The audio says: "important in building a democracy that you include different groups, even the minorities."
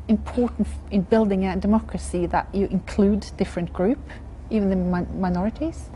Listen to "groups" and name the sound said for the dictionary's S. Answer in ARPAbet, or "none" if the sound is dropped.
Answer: none